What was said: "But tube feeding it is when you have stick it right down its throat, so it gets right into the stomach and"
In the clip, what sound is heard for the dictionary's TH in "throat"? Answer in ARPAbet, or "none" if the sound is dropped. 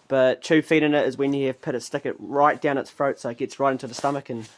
F